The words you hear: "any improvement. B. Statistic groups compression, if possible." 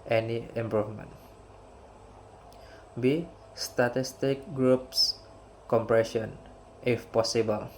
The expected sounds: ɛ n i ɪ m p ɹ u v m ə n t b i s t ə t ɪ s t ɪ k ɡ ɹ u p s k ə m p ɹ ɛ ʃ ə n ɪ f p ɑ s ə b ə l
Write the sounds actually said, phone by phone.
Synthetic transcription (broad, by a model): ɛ n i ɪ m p ɹ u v m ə n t b i s t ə t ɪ s t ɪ k ɡ ɹ u p s k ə m p ɹ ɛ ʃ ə n ɪ f p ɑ s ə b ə l